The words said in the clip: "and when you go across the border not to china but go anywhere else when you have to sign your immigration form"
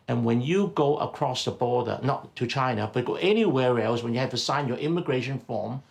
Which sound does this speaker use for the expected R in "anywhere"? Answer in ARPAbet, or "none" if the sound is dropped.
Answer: R